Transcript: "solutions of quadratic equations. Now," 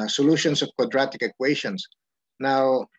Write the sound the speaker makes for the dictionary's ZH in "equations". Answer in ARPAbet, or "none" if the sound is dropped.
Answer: SH